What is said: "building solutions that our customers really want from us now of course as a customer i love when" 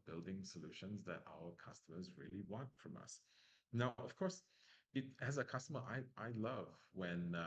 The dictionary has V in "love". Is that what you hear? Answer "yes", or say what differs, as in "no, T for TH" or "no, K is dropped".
yes